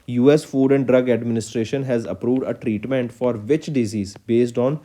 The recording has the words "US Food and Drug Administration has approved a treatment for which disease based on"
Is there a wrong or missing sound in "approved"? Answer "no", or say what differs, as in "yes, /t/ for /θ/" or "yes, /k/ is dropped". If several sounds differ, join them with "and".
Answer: no